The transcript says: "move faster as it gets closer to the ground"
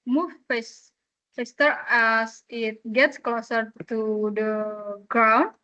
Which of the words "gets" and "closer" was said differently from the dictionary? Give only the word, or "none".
none